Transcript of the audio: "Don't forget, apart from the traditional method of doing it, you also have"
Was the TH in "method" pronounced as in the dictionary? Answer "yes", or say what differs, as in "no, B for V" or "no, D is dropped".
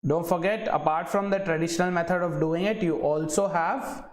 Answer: no, T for TH